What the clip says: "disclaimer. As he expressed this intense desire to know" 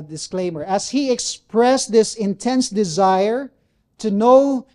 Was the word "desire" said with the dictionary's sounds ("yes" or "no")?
yes